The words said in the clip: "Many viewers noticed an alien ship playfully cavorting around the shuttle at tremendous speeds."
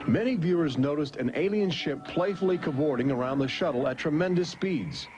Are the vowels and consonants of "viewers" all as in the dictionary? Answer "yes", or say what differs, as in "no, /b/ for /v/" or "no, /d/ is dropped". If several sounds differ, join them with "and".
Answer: yes